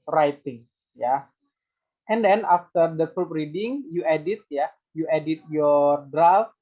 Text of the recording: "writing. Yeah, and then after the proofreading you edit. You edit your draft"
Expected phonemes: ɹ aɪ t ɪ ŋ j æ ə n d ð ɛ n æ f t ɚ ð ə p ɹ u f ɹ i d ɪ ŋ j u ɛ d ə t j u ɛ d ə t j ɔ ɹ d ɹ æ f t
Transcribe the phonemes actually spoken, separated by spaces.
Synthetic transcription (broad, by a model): ɹ aɪ t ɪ ŋ j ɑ ə n d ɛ n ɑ f t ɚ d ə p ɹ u p ɹ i d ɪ ŋ j u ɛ d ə t j u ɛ d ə t j ɔ ɹ d ɹ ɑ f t